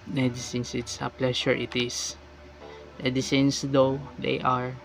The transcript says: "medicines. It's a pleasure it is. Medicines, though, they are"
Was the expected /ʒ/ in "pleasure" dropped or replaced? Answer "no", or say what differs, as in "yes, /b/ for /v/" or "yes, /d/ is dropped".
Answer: yes, /ʃ/ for /ʒ/